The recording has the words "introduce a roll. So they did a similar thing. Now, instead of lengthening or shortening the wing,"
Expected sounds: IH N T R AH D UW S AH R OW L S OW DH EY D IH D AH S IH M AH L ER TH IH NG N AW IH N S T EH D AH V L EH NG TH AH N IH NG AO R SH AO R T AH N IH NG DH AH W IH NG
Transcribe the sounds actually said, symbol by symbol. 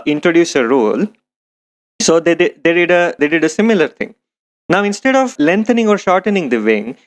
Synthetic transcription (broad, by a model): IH N T R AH D UW S AH R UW L S OW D EY D IH D AH S IH M AH L ER T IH NG N AW IH N S T EH D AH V L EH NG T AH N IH NG AO R SH AO R T AH N IH NG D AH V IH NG